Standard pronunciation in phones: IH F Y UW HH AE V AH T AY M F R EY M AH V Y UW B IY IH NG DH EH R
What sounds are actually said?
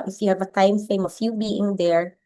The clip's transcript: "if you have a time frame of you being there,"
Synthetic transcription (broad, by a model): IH F Y UW HH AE V AH T AY M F EY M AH F Y UW B IY IH NG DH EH R